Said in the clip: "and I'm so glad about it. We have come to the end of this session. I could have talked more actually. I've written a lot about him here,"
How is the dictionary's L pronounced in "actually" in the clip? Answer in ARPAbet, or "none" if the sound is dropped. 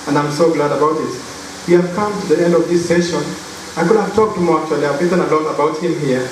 none